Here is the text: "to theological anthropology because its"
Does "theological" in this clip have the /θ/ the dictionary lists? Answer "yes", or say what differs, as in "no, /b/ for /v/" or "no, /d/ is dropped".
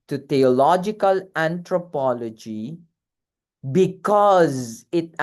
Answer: no, /t/ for /θ/